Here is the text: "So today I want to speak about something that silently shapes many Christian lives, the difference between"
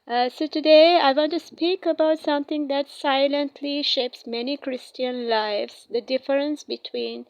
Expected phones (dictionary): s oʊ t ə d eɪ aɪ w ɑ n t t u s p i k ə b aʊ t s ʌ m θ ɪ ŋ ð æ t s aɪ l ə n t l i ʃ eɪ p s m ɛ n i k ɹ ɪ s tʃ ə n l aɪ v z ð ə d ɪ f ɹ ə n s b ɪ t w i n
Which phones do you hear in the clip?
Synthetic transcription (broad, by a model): s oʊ t ə d eɪ aɪ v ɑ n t t u s p i k ə b aʊ t s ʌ m t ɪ ŋ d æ t s aɪ l ə n t l i ʃ eɪ p s m ɛ n i k ɹ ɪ s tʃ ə n l aɪ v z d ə d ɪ f ɹ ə n s b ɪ t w i n